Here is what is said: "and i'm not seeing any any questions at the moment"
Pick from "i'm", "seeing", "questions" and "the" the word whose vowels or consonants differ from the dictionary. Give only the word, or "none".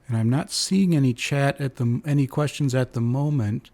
none